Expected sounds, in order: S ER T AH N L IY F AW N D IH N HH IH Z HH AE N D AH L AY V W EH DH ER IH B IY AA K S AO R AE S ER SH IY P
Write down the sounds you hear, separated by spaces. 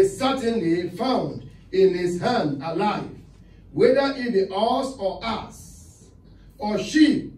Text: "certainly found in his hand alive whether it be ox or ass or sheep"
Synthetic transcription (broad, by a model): S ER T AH N L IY F AW N D IH N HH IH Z HH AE N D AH L AY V W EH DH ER IH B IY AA S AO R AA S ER SH IY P